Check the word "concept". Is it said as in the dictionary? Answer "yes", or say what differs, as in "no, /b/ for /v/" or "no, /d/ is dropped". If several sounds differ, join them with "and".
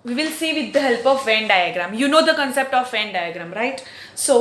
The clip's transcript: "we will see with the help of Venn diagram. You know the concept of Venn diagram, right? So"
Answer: yes